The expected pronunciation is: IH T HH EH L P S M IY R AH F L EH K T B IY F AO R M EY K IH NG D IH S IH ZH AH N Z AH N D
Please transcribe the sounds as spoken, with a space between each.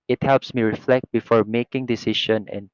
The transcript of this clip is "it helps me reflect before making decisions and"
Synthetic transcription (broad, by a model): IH T HH EH L P S M IY R AH F L EH K T B IY F AO R M EY K IH NG D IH S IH SH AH N AH N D